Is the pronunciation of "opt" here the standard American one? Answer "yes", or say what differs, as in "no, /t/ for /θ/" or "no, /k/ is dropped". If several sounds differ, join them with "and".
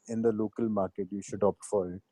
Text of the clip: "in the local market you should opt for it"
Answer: yes